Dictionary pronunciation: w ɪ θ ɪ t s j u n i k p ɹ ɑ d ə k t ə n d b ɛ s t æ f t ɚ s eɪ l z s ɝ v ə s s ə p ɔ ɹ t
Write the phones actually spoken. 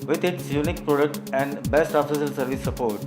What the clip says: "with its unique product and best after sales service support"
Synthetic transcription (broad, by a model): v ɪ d ɪ t s j u n i k p ɹ ɑ d ə k t ə n d b ɛ s t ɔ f s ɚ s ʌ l s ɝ v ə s s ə p ɔ ɹ t